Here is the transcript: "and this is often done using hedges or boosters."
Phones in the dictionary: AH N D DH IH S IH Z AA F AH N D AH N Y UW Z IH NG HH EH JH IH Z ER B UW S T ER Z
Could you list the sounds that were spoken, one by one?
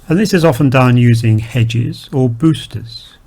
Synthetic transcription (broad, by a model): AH N DH IH S IH Z AA F AH N D AH N Y UW Z IH NG HH EH JH IH Z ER B UW S T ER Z